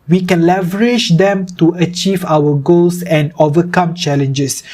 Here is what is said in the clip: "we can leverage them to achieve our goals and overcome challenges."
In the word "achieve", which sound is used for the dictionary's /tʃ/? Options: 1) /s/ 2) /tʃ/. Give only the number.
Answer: 2